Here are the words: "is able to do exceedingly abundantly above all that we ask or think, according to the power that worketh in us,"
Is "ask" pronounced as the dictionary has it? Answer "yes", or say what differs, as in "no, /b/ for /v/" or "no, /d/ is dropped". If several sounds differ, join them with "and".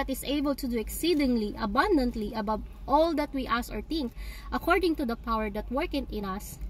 no, /k/ is dropped